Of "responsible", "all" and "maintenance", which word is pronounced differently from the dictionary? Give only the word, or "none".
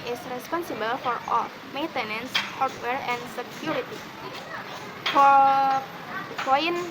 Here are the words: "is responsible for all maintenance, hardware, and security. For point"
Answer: none